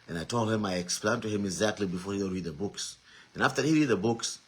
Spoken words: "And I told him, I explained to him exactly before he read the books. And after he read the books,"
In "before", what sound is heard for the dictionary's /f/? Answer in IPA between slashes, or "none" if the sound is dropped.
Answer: /f/